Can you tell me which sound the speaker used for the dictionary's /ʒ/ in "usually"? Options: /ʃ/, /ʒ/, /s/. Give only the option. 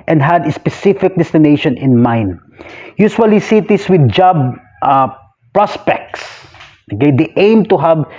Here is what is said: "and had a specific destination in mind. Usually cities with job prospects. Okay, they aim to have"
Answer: /s/